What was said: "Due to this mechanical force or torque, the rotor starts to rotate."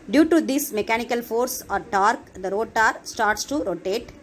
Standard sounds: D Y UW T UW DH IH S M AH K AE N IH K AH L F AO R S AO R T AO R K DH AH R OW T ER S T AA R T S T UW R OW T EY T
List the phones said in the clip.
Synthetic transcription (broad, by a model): D Y UW T UW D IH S M AH K AE N IH K AH L F AO R S AO R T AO R K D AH R OW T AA S T AA R T S T UW R OW T EY T